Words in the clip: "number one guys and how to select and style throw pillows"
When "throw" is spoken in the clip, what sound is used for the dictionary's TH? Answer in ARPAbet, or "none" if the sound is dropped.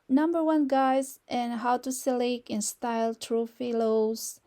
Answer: T